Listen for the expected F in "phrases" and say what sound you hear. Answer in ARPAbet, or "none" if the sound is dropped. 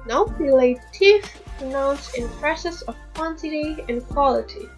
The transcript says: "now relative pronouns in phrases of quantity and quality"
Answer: P